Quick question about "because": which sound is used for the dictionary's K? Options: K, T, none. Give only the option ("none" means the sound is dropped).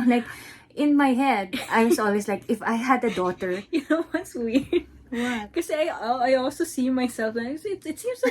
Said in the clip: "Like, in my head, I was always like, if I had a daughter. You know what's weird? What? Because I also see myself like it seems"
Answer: none